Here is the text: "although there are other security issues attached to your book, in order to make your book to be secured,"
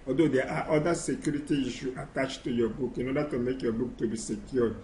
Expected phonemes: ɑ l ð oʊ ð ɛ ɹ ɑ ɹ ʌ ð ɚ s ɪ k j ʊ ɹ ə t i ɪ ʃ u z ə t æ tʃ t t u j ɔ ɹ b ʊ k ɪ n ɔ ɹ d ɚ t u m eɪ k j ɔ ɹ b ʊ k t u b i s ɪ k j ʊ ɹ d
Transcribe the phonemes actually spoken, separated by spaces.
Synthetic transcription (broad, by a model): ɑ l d oʊ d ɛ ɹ ɑ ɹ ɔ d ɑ s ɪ k j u ɹ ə t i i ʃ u ə t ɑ tʃ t t u j ɔ b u k ɪ n ɔ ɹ d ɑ t u m eɪ k j ɔ b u k t u b i s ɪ k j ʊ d